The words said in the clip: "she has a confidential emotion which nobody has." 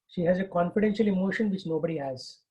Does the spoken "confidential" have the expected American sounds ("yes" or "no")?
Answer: yes